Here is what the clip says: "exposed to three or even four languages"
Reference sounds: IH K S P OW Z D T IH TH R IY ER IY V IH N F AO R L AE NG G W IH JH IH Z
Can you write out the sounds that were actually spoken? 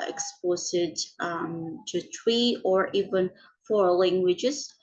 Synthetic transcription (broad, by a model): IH K S P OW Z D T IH T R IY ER IY V IH N F AO R L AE NG G W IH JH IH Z